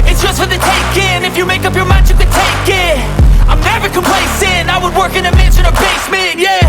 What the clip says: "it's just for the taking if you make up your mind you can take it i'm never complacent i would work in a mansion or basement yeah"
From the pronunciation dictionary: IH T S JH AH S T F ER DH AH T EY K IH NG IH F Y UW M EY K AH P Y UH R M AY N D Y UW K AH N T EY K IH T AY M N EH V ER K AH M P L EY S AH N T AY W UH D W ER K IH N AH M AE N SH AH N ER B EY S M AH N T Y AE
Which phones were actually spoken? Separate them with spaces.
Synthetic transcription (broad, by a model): IH T S JH AH S T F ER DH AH T EY K IH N IH F Y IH M EY K AH P Y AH R M AY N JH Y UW K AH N T EY K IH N AY M N EH V ER K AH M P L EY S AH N AY W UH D W ER K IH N AH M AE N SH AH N ER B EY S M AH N Y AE